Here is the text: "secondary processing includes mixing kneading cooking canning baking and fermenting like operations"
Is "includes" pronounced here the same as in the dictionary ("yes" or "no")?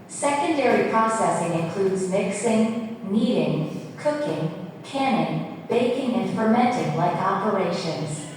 yes